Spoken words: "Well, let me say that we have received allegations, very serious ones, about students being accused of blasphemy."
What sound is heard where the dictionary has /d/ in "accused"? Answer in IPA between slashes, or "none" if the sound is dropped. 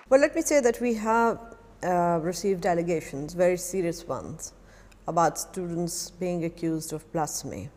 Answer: /d/